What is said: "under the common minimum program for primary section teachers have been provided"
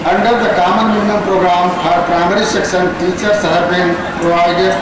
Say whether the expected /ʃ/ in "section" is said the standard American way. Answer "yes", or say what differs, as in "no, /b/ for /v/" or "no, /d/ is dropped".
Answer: no, /s/ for /ʃ/